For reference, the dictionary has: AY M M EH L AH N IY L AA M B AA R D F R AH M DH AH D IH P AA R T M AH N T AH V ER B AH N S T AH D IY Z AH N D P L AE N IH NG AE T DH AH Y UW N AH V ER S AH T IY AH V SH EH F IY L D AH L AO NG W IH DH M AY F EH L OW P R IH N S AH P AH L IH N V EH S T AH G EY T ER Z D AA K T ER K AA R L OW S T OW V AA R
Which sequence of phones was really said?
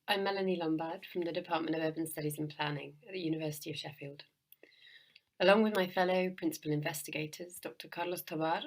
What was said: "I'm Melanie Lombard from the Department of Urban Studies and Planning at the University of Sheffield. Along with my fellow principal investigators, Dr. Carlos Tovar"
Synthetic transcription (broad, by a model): AY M M EH L AH N IY L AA M B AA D F R AH M DH AH D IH P AA T M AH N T AH V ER B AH N S T AH D IY Z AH N P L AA N IH NG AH T DH AH Y UW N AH V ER S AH T IY AH V SH EH F IY L D AH L AO NG W IH DH M AY F EH L OW P R IH N S AH P AH L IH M V EH S T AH G EY T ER Z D AA K T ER K AA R L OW S T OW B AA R